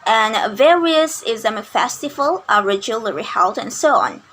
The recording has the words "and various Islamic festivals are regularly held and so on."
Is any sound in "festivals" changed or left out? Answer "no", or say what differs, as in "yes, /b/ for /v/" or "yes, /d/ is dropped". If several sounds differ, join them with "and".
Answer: yes, /z/ is dropped